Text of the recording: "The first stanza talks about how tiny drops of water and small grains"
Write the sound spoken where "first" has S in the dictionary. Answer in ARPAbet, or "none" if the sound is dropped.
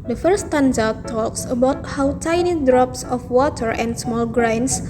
none